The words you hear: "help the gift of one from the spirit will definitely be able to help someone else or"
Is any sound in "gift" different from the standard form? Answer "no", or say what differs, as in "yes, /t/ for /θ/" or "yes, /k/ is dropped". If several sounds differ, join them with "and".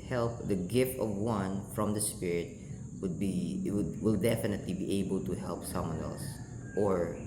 no